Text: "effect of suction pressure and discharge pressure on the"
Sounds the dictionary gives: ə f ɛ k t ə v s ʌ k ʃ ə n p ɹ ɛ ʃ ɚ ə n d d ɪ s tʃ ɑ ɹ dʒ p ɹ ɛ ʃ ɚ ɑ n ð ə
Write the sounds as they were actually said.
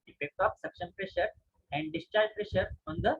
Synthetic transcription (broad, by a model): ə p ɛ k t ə p s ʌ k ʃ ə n p ɹ ɛ ʃ ɚ ə n d d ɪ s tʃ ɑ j p ɹ ɛ ʃ ɚ ɑ n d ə